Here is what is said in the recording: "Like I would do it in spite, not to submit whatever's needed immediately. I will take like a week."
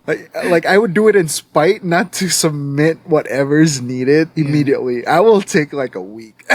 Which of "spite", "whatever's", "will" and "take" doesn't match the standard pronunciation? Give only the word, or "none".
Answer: none